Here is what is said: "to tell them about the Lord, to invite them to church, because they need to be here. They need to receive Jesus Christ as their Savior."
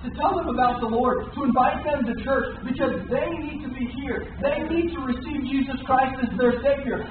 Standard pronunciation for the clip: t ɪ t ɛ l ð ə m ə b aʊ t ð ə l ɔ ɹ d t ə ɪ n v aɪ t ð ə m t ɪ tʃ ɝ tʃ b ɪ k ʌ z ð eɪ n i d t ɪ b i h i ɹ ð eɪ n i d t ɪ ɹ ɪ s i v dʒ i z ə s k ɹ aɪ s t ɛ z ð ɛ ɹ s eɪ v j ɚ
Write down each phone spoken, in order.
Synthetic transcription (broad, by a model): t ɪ t ɛ l ð ə m ə b aʊ t ð ə l ɔ ɹ d t ə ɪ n v aɪ t ð ə m t ɪ tʃ ɝ tʃ b ɪ k ʌ z ð eɪ n i d t ɪ b i h i ɹ ð eɪ n i d t ɪ ɹ ɪ s i v dʒ i z ə s k ɹ aɪ s t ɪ z ð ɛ ɹ s eɪ v j ɚ